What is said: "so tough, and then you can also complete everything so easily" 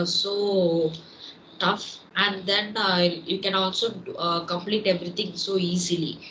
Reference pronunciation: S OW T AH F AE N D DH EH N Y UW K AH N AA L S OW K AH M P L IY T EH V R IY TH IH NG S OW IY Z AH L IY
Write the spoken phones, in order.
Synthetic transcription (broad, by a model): S OW T AH F AE N D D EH N Y UW K AH N AA L S OW K AH M P L IY T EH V R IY T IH NG S OW IY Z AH L IY